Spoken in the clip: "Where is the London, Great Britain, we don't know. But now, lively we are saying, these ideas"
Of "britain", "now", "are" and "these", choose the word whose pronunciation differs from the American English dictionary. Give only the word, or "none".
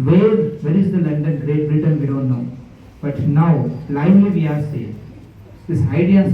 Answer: these